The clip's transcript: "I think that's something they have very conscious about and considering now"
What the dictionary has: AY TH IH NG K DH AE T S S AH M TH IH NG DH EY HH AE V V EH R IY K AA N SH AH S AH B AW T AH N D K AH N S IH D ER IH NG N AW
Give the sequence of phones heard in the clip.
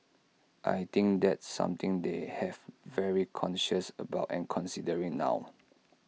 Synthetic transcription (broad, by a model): AY T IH NG K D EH T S S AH M T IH NG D EY HH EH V V EH R IY K AA N SH AH S AH B AW T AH N K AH N S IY D ER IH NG N AW